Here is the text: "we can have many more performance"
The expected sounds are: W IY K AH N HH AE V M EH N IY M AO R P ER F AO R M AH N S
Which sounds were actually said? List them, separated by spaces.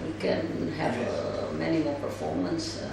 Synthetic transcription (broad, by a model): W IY K AH N HH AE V M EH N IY M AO L P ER F AO R M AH N S